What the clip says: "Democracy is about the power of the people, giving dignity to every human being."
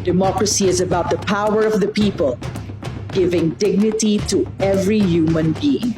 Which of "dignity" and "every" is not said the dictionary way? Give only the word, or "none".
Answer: none